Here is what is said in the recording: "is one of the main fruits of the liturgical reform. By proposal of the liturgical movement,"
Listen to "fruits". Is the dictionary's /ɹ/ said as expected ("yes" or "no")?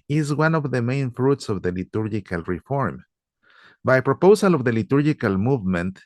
yes